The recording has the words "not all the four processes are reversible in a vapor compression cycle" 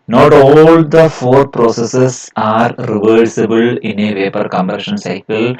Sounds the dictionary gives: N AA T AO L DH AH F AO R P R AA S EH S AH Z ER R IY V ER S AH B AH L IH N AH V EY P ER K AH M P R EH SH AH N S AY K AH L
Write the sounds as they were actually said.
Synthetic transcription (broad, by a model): N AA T AO L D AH F AO R P R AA S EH S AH S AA R IY V ER S AH B AH L IH N AH V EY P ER K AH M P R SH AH N S AY K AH L